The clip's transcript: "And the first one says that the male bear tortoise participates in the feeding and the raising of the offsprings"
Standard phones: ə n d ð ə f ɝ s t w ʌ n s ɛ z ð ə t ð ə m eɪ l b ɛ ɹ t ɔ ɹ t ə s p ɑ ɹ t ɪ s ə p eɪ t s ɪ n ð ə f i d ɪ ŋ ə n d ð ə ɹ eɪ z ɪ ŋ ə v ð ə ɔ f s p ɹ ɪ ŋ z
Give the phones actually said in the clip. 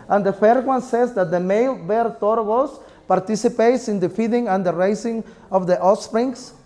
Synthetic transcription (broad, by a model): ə n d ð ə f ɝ t w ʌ n s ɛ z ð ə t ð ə m eɪ l b ɛ ɹ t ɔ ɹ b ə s p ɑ ɹ t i s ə p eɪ t s ɪ n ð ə f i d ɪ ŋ ə n d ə ɹ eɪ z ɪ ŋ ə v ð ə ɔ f s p ɹ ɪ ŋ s